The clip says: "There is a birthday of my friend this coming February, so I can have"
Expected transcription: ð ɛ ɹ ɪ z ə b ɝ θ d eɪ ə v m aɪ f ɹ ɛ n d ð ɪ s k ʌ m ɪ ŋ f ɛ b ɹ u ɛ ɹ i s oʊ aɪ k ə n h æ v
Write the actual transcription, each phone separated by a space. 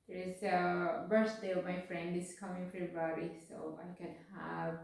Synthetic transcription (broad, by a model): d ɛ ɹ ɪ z ə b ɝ s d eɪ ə m aɪ f ɹ ɛ n d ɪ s k ʌ m ɪ ŋ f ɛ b ɹ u ɹ i s oʊ aɪ k ə n h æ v